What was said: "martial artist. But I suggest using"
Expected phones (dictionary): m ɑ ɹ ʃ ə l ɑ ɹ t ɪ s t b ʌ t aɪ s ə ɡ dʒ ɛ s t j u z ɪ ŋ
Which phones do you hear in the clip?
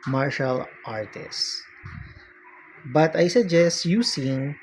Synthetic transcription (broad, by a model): m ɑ ɹ ʃ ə l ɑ ɹ t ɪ s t b ʌ t aɪ s ə ɡ dʒ ɛ s t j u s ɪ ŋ